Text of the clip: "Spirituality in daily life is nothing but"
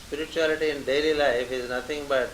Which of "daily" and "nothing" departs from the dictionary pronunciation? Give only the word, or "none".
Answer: nothing